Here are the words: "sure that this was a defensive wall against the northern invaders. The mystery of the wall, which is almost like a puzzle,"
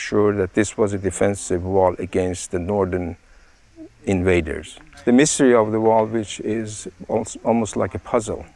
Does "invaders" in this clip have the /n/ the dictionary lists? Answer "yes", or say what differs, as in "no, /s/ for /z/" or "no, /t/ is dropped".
yes